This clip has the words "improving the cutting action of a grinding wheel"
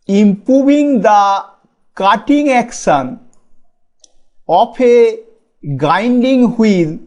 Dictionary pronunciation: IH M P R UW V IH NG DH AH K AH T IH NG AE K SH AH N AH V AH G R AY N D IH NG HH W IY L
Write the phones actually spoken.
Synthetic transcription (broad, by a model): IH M P R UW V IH NG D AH K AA T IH NG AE K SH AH N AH P AH G AY N D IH NG HH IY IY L